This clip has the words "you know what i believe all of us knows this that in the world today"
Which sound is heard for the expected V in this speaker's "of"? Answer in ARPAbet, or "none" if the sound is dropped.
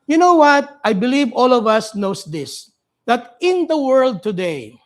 V